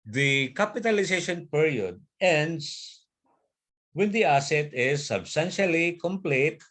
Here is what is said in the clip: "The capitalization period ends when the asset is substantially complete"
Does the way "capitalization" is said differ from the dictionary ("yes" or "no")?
yes